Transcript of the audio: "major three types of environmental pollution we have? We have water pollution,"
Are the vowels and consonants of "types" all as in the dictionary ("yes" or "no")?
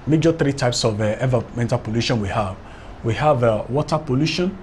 yes